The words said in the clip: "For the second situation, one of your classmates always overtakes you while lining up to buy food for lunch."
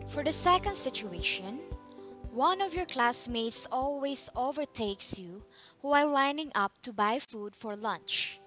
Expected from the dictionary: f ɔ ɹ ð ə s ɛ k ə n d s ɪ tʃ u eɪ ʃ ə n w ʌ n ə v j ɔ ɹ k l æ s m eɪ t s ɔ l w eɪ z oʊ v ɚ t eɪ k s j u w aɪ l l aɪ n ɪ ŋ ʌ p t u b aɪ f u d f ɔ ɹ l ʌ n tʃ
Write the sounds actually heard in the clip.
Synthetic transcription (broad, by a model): f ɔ ɹ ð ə s ɛ k ə n d s ɪ tʃ u eɪ ʃ ə n w ʌ n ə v j ɔ ɹ k l æ s m eɪ t s ɔ l w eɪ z oʊ v ɚ t eɪ k s j u w aɪ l l aɪ n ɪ ŋ ʌ p t u b aɪ f u d f ɔ ɹ l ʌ n tʃ